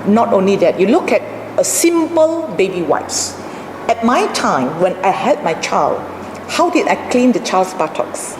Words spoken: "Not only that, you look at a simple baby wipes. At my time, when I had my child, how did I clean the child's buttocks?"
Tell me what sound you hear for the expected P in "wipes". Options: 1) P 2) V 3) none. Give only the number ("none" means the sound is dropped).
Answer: 3